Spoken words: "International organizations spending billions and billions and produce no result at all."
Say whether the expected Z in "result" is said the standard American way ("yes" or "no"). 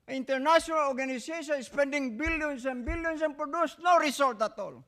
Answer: no